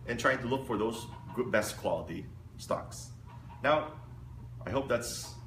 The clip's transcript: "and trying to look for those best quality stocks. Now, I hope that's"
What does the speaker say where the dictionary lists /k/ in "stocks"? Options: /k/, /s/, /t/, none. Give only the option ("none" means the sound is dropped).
/k/